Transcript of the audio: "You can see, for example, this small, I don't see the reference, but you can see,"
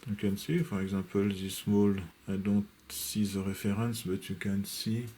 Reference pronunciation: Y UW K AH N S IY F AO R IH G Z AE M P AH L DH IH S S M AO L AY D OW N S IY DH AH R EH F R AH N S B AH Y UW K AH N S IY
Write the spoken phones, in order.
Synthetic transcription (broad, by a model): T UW K AH N S IY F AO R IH G Z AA P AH L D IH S S M AO L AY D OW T S IY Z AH R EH F R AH N S B AH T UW K AH N S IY